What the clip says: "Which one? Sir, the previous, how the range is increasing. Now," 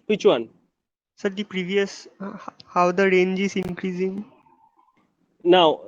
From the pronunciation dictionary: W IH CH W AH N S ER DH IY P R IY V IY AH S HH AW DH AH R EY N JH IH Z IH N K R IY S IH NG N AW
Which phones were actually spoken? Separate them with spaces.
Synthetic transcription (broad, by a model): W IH CH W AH N S ER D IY P R IY V IY AH S HH AW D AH R EY N JH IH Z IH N K R IY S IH NG N AW